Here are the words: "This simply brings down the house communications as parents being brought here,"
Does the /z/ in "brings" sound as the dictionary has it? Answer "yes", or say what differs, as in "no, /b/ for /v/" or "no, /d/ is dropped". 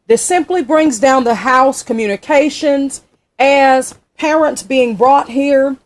yes